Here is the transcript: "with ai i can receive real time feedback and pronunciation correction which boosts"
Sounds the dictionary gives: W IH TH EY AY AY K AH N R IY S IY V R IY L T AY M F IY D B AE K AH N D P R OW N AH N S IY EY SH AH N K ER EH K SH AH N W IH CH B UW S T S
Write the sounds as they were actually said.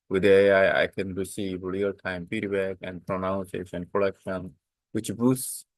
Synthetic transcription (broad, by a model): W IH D EY AY AY K AH N R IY S IY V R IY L T AY M P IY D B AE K AH N D P R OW N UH N S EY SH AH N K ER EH K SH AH N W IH CH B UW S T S